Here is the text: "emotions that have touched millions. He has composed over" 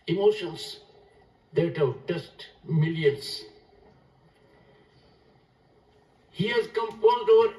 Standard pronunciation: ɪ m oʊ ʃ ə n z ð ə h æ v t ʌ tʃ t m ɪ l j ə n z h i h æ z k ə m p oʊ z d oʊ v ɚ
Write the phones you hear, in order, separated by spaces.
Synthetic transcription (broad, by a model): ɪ m oʊ ʃ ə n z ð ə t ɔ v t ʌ s t m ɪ l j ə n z h i h æ z k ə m f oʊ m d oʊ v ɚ